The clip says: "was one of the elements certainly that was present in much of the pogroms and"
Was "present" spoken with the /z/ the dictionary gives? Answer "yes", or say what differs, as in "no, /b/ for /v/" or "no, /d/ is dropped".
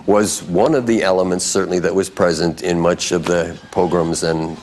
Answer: yes